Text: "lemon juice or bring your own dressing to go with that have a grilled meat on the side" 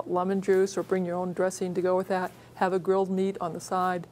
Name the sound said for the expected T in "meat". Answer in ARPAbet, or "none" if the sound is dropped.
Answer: T